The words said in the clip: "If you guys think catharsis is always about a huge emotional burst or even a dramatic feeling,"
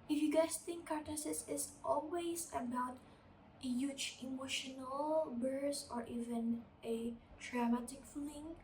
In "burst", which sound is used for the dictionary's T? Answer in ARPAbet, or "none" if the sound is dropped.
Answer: none